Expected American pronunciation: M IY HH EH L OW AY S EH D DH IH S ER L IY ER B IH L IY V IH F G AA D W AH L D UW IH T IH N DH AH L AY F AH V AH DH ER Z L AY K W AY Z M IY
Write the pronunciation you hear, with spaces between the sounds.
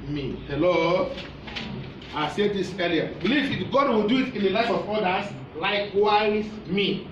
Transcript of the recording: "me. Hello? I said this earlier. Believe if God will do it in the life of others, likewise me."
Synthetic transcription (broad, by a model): M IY HH EH L OW AY S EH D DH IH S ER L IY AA B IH L IY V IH G AA D W AH L D UW IH T IH N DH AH L AY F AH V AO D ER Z L AY K W AY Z M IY